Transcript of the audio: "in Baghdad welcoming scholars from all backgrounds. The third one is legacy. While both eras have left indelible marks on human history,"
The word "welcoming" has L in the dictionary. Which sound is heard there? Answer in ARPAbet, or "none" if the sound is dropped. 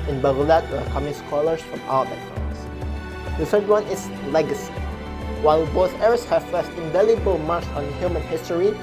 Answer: none